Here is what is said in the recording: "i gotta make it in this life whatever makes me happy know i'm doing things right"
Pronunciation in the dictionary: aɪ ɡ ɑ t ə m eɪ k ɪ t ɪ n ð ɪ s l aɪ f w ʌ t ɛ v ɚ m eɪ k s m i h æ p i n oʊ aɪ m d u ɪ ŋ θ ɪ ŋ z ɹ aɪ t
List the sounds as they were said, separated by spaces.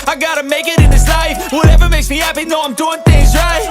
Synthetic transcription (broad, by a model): aɪ ɡ ɑ t ə m eɪ k ɪ t ɪ n ð ɪ s l aɪ f w ʌ t ɛ v ɚ m eɪ k s m i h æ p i n oʊ aɪ m d u ɪ ŋ θ ɪ ŋ z ɹ aɪ t